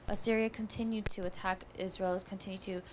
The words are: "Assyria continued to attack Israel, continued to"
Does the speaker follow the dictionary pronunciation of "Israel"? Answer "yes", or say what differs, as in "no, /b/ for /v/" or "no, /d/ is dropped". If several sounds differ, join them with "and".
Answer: yes